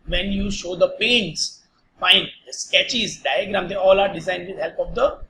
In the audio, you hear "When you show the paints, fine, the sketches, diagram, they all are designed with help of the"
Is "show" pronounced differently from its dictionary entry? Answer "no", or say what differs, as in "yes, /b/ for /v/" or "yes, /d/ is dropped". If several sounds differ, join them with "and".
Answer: no